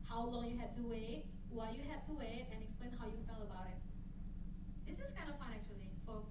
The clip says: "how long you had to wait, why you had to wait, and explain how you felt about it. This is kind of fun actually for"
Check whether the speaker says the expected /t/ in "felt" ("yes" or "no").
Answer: no